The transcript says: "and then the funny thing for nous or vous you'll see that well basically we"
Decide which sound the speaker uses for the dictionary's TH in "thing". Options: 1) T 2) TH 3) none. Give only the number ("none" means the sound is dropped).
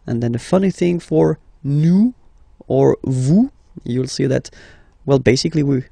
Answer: 2